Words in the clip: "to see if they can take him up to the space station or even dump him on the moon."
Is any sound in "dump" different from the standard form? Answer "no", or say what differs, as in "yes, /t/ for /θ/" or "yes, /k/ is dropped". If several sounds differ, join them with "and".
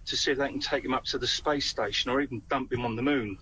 no